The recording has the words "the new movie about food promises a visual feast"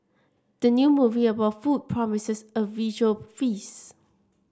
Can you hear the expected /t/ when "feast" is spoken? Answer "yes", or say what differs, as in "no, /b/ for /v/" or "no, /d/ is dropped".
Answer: no, /t/ is dropped